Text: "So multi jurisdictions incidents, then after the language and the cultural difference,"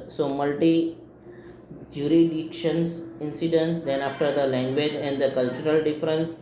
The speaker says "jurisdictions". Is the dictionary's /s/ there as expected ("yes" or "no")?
no